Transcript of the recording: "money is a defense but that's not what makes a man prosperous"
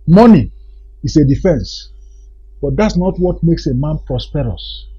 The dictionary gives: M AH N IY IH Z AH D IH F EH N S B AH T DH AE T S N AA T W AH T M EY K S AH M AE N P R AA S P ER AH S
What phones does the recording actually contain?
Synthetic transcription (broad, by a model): M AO N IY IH S AH D IH F EH N S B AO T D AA T S N AA T W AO T M EY K S AH M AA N P R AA S P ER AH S